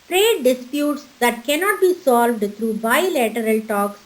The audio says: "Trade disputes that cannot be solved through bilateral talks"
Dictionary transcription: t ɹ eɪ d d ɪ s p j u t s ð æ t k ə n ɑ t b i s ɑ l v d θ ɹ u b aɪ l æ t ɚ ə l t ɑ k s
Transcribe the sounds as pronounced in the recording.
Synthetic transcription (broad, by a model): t ɹ eɪ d d ɪ s p j u t s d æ t k ə n ɑ t b i s ɑ l v d t ɹ u b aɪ l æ t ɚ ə l t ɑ k s